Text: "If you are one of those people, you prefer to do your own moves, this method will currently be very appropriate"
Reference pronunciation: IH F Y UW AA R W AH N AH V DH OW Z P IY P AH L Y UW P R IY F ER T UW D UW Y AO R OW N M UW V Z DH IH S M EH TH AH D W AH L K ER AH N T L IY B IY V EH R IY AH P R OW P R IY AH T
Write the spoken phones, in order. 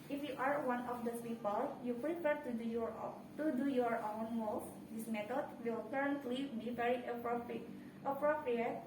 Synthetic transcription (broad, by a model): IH F Y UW AA R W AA N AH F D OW S P IY P AH L Y UW P R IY P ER T UW D UW Y AO R OW N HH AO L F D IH S M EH T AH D W AH L K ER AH N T L IY B IY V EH R IY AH P R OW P R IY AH T